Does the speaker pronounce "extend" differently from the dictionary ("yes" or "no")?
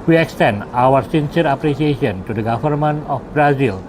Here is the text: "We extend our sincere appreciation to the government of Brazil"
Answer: no